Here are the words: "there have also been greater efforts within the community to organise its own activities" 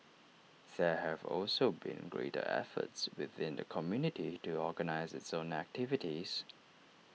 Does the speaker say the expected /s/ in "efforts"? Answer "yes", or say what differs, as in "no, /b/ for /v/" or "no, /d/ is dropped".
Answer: yes